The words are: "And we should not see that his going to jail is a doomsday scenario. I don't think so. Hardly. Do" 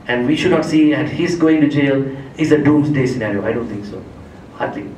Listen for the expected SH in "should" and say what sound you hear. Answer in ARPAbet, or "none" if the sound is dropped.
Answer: SH